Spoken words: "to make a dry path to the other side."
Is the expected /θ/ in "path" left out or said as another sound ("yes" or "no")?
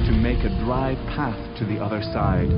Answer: no